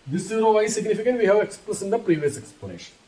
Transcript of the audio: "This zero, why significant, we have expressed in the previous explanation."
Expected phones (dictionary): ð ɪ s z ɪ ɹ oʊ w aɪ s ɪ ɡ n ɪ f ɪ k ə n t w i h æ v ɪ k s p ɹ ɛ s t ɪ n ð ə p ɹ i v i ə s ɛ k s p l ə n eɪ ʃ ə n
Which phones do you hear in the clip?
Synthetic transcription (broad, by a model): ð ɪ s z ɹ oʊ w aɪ s ɪ ɡ n ɪ f ɪ k ə n t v i h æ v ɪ k s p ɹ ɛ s ɪ n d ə p ɹ i v i ə s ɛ k s p l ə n eɪ ʃ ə n